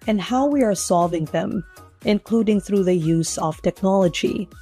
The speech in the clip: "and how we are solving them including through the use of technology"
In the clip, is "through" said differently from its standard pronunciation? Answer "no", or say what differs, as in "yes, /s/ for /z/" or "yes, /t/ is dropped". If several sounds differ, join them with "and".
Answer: no